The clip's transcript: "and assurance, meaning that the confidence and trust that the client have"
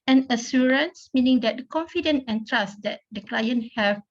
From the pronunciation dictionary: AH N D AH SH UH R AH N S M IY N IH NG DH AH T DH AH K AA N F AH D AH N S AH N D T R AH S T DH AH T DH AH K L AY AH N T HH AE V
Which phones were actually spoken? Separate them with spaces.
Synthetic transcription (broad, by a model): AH N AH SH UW R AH N S M IY N IH NG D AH T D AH K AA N F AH D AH N AH N T R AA S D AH T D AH K L AY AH N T HH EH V